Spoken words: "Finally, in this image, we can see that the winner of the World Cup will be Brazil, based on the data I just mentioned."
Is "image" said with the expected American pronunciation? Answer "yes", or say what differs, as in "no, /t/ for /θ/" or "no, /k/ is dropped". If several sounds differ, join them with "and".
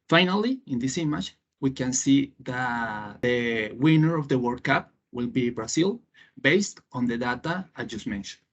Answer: no, /tʃ/ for /dʒ/